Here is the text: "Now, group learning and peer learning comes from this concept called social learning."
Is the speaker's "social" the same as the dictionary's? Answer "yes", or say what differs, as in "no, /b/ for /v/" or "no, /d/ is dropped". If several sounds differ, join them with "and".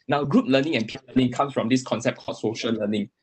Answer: yes